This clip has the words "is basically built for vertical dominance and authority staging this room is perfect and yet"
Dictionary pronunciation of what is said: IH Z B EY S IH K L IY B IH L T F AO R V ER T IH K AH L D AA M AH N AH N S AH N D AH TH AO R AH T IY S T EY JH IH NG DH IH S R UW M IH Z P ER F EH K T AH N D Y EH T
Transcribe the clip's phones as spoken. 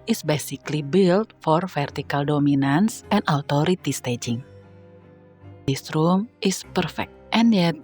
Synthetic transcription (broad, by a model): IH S B EY S IH K L IY B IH L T F AO R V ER T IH K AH L D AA M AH N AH N S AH N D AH T AO R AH T IY S T EY JH IH NG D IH S R UW M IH S P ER F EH K T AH N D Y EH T